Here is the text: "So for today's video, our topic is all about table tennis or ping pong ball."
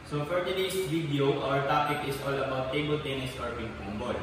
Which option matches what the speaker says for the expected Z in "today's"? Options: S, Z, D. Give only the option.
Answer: S